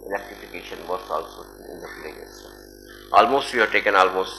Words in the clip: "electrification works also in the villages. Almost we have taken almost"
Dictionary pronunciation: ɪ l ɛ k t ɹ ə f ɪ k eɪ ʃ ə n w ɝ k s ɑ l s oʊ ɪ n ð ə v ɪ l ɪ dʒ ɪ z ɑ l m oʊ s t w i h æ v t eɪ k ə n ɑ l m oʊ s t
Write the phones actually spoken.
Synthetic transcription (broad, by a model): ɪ l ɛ k t ɹ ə f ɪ k eɪ ʃ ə n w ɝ s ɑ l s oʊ ɪ n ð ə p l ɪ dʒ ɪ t ɑ l m oʊ s t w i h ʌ t eɪ k ə n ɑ l m oʊ s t